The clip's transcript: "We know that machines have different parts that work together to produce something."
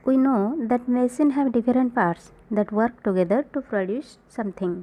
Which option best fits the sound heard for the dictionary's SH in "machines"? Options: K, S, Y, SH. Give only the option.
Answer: S